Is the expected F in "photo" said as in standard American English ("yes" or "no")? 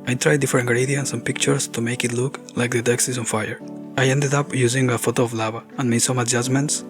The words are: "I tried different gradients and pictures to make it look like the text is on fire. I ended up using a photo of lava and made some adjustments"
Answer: yes